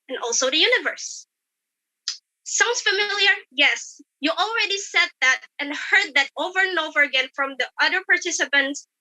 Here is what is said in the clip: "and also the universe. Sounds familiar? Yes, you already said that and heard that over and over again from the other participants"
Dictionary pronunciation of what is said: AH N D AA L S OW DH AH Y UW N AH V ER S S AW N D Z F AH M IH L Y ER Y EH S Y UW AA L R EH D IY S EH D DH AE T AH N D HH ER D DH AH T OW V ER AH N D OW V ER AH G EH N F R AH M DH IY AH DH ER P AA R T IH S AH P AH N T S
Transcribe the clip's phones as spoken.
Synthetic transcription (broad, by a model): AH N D AA L S OW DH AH Y UW N AH V ER S S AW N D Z F AH M IH L Y ER Y EH S Y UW AA L R EH D IY S EH D DH AE T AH N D HH ER D DH AH T OW V ER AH N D OW V ER AH G EH N F R AH M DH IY AH DH ER P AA R T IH S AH P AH N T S